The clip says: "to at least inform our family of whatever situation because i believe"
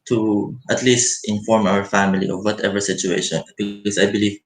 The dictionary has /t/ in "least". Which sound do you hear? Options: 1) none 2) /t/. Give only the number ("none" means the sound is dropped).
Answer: 2